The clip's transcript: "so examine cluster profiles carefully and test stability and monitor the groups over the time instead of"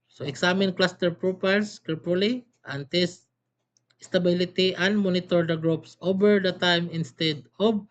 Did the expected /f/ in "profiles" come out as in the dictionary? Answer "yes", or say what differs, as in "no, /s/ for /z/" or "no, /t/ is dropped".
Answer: no, /p/ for /f/